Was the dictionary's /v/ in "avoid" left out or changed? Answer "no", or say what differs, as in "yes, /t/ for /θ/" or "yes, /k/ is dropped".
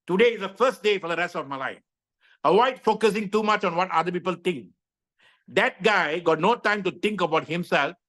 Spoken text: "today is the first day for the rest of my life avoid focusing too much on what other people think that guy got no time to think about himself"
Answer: yes, /w/ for /v/